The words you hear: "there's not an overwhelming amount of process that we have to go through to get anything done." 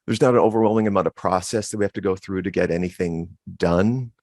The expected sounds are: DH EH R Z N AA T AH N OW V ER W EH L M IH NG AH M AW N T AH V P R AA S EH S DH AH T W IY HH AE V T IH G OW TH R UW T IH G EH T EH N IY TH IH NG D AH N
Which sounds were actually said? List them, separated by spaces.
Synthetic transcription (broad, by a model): DH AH R Z N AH T AH N OW V ER W EH L M IH NG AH M AW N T AH V P R AA S EH S DH AH T W IY HH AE F T IH G OW TH R UW T IH G EH T EH N IY TH IH NG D AH N